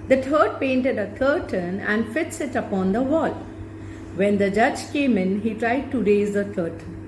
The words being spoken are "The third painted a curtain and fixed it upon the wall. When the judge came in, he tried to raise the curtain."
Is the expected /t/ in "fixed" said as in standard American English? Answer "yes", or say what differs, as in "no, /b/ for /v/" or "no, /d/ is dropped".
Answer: no, /t/ is dropped